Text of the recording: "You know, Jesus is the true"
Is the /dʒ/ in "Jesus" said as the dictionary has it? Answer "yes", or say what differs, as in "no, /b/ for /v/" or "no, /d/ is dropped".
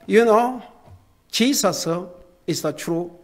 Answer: no, /tʃ/ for /dʒ/